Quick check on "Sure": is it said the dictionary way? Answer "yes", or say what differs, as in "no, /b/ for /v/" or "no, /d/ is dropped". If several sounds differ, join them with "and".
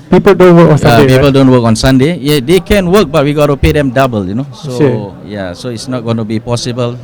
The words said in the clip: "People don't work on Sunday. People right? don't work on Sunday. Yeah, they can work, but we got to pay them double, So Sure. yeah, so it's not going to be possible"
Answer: no, /s/ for /ʃ/